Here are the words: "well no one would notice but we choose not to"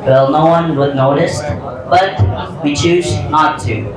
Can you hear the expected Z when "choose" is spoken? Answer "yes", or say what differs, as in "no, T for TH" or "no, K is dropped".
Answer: yes